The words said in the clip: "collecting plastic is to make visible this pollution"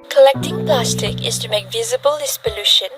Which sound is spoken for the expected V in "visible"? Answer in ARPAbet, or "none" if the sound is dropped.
V